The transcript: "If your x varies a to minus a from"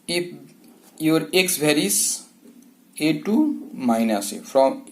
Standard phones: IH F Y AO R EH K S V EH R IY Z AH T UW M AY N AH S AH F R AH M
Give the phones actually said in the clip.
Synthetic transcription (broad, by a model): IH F Y AO R EH K S B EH R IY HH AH T UW M AY N AH S AH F R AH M